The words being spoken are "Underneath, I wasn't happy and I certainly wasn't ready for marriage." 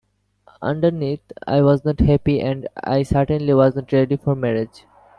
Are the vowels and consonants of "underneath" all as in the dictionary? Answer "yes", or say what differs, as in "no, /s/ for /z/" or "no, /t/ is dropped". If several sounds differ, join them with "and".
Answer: no, /t/ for /θ/